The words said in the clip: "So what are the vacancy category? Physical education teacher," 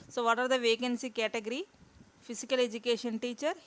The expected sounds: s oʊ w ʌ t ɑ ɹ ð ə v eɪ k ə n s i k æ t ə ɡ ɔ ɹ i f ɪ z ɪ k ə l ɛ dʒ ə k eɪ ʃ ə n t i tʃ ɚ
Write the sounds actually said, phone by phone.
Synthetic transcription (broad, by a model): s oʊ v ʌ t ɑ ɹ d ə v eɪ k ə n s i k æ t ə ɡ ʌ ɹ i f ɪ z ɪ k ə l ɛ dʒ ə k eɪ ʃ ə n t i tʃ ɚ